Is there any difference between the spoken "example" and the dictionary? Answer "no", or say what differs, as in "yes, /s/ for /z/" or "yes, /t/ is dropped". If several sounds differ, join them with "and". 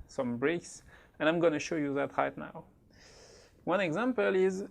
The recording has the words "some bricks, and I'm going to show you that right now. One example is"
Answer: no